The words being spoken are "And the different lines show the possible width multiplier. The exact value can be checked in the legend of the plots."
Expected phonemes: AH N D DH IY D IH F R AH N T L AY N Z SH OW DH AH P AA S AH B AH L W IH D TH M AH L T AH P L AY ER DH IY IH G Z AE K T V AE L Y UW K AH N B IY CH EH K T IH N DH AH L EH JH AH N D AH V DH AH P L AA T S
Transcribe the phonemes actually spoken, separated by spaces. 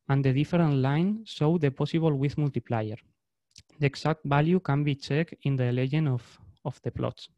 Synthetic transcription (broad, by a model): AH N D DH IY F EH R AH N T L AY N SH OW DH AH P AA S AH B AH L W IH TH M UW L T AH P L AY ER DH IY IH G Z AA K T B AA L Y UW K AH N B IY CH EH K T IH N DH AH L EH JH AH N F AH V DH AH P L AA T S